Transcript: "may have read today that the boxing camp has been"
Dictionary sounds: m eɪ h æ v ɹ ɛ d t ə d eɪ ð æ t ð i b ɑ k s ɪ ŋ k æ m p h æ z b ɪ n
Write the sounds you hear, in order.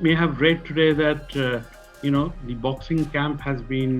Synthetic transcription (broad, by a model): m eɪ h æ v ɹ ɛ d t ə d eɪ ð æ t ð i b ɑ k s ɪ ŋ k æ m p h æ z b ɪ n